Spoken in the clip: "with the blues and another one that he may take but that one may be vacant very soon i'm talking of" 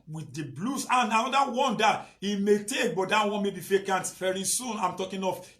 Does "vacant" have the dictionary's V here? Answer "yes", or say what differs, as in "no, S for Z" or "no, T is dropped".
no, F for V